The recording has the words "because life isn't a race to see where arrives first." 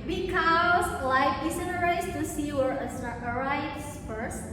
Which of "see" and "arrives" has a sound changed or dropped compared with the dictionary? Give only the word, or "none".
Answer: arrives